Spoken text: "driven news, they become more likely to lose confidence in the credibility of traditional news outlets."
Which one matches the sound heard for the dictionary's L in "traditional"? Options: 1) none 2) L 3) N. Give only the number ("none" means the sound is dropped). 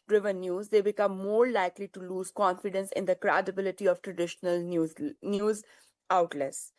2